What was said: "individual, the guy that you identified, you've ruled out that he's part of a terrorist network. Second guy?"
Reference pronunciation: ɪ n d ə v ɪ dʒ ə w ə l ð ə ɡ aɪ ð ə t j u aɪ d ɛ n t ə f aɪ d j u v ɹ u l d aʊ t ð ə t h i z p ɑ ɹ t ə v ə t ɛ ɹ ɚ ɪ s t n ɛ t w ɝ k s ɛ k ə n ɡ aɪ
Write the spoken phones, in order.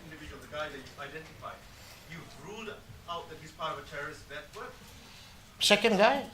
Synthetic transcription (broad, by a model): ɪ n d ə v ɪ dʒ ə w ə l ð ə ɡ aɪ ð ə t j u aɪ d ɛ n t ə f aɪ d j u ɹ u l d aʊ t ð ə t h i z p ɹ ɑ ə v ə t ɛ ɹ ɚ ɪ s t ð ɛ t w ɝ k s ɛ k ə n ɡ aɪ